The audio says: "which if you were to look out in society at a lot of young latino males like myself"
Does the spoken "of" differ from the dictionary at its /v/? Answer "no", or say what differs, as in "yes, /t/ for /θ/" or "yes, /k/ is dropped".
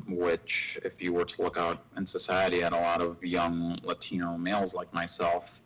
no